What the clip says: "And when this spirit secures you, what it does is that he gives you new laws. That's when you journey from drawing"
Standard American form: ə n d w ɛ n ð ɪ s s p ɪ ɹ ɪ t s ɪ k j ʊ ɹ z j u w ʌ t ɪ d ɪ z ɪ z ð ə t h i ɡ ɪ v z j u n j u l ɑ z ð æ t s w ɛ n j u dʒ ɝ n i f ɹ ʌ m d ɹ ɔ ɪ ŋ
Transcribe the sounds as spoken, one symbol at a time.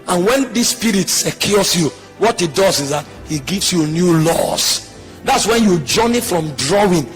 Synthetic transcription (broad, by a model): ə n w ɛ n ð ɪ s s p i ɹ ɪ t s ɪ k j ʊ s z j u w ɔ t ɪ d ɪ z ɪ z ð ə t h i ɡ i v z j u n j u l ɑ s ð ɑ t s w ɛ n j u dʒ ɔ n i f ɹ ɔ m d ɹ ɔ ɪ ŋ